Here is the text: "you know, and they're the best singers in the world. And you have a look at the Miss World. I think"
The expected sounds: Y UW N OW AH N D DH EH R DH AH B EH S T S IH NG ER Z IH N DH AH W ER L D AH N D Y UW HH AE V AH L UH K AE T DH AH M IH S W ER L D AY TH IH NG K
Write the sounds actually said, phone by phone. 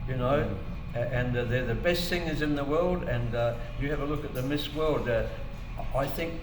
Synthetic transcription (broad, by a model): Y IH N OW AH N DH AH R DH AH B EH S T TH IH NG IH Z IH N DH AH W ER L D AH N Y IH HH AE V AH L UH K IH T DH AH M IH S W ER L D AY TH IH NG K